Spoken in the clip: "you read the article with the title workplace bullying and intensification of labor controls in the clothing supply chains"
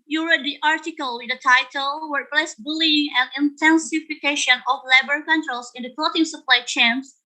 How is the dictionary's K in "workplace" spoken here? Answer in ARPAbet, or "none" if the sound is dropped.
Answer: none